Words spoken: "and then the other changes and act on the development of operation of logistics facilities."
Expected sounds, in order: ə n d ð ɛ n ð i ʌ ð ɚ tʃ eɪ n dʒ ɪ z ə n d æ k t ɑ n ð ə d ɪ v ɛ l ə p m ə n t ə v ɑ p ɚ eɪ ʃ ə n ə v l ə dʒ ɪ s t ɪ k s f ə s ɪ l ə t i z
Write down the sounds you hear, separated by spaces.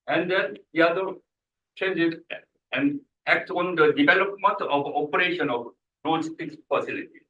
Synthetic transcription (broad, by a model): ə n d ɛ n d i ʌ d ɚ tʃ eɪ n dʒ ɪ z ə n d æ k t ɑ n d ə d ɪ v ɛ l ə p m ə n t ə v ɑ p ɚ eɪ ʃ ə n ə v n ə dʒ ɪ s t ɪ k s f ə s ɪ l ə t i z